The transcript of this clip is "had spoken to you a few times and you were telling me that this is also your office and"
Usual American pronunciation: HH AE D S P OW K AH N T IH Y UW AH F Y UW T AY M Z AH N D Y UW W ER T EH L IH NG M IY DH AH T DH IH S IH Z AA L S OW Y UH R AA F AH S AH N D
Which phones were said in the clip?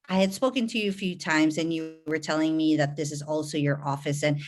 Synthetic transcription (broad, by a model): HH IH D S P OW K AH N T IH Y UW AH F Y UW T AY M Z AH N Y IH W ER T EH L IH NG M IY DH AH T DH IH S IH Z AA L S OW Y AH R AA F AH S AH N